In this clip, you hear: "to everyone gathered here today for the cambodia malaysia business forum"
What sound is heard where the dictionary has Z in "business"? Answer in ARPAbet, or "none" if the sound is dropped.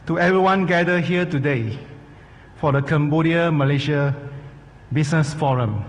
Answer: S